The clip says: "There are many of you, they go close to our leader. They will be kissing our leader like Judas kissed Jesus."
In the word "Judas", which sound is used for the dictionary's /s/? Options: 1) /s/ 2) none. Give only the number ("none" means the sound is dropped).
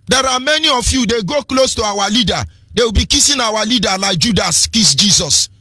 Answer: 1